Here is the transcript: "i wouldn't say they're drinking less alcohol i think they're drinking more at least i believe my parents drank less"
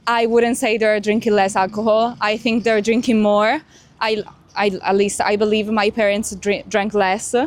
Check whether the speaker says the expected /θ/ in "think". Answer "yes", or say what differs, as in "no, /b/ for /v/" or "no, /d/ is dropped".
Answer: yes